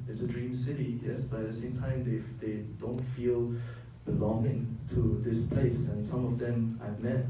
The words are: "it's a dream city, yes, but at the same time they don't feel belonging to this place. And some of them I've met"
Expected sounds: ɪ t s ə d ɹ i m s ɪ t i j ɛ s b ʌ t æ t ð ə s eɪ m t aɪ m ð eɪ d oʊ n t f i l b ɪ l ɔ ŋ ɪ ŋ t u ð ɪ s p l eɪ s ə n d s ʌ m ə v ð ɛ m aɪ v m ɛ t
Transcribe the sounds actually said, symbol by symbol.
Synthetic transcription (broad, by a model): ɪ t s ə d ɹ i m s ɪ t i j ɛ s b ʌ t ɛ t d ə s eɪ m t aɪ m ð eɪ d oʊ n t f i l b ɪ l ɔ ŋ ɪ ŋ t u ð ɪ s p l eɪ s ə n s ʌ m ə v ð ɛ m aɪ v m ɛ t